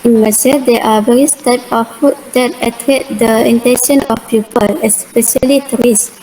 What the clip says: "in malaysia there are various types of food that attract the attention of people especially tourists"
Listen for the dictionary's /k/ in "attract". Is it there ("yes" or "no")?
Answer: no